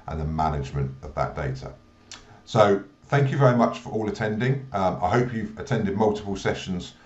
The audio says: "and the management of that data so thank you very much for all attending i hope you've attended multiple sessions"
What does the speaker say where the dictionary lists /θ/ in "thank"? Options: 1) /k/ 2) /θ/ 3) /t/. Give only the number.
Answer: 2